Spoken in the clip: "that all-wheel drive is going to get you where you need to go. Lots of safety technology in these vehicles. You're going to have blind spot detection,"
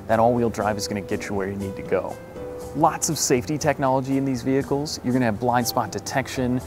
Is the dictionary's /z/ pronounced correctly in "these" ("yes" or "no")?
yes